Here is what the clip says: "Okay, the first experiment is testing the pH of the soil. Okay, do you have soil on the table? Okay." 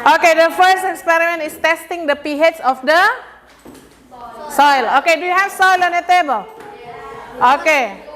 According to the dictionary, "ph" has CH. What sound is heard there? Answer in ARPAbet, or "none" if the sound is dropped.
S